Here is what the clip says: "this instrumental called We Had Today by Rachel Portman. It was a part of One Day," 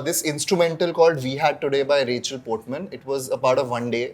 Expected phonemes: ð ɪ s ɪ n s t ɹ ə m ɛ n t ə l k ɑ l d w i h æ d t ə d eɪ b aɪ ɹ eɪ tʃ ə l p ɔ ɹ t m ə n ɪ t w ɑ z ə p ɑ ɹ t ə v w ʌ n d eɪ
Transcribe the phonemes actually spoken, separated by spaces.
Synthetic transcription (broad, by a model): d ɪ s ɪ n s t ɹ ə m ɛ n t ə l k ɑ l d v i h æ d t ə d eɪ b aɪ ɹ eɪ tʃ ə l p ɔ ɹ t m ə n ɪ t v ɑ z ə p ɑ ɹ t ə v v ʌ n d eɪ